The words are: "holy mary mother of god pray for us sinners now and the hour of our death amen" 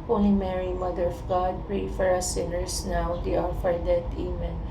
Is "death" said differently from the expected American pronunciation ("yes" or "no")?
yes